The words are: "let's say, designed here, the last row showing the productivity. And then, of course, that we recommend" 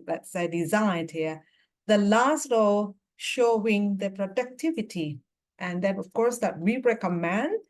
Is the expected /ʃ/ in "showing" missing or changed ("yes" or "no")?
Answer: no